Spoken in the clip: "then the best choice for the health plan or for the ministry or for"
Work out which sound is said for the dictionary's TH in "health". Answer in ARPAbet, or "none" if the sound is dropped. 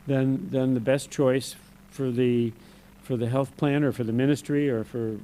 TH